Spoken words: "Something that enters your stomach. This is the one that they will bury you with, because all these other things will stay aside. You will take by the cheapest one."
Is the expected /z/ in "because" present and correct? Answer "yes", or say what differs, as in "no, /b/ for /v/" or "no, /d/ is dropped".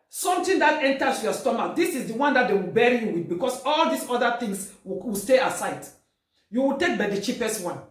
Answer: no, /s/ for /z/